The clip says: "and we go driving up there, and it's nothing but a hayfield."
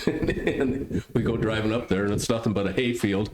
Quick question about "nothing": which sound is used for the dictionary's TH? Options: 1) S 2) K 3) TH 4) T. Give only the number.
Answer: 3